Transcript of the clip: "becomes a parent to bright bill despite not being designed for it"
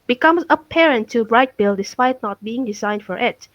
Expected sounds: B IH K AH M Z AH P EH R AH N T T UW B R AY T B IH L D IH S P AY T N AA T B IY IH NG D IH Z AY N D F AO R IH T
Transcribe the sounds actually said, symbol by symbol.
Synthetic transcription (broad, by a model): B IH K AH M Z AH P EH R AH N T T UW B R AY T B IH L D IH S P AY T N AA T B IY IH NG D IH Z AY N D F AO R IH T